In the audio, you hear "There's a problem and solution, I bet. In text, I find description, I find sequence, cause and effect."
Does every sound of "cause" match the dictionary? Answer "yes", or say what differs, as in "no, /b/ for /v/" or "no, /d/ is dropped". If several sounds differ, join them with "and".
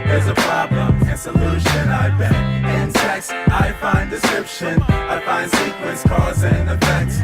yes